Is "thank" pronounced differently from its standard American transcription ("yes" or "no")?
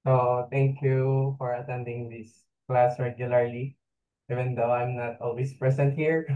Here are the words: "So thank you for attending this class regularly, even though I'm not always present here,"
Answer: yes